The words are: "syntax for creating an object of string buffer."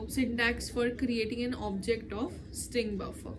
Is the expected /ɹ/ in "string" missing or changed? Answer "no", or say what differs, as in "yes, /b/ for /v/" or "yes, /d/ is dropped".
no